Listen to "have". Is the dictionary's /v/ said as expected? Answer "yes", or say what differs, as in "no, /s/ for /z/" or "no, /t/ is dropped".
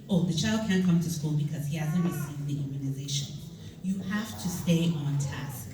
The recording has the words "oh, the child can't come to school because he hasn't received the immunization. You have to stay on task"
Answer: no, /f/ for /v/